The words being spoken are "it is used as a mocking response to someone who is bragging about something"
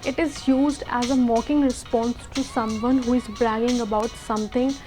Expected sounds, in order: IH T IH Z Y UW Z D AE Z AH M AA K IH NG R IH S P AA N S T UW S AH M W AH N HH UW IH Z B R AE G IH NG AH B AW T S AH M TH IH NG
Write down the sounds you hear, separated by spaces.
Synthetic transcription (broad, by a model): IH T IH Z Y UW Z D AE Z AH M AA K IH NG R IH S P AA N S T UW S AH M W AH N HH UW IH Z B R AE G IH NG AH B AW T S AH M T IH NG